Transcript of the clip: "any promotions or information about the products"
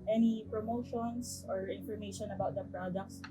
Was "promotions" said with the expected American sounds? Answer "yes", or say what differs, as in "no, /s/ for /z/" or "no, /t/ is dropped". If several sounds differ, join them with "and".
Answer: no, /s/ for /z/